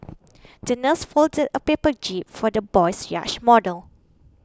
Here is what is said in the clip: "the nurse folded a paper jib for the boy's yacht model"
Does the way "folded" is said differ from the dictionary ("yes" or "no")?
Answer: no